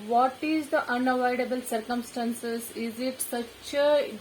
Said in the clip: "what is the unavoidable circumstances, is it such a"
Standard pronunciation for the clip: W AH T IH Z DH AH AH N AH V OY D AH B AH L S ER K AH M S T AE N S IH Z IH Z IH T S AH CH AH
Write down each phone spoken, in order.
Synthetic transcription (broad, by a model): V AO T IH Z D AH AH N AH V OY D AH B AH L S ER K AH M S T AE N S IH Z IH Z IH T S AH CH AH